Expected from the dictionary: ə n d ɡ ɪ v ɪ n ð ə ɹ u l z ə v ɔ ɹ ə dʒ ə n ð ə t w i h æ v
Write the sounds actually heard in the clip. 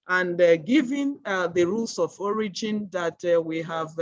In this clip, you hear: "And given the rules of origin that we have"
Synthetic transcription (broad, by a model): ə n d ɡ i v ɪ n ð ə ɹ u l s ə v ɔ ɹ ə dʒ ə n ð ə t w i h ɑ v